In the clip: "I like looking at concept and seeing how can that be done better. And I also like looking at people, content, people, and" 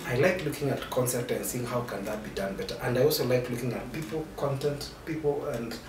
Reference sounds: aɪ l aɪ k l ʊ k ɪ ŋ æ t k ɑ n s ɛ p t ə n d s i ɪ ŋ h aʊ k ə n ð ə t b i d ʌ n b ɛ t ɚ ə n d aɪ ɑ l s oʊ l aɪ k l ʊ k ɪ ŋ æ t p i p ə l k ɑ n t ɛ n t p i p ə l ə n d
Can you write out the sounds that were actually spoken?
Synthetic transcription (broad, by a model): aɪ l aɪ k l ʊ k ɪ ŋ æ t k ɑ n s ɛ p t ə n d s i ɪ ŋ h aʊ k ə n ð ə t b i d ʌ n b ɛ t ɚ ə n d aɪ ɑ l s oʊ l aɪ k l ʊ k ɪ ŋ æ t p i p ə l k ɑ n t ɛ n t p i p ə l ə n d